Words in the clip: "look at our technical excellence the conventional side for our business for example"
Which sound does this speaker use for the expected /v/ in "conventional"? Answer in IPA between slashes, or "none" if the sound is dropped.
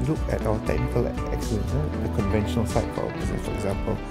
/v/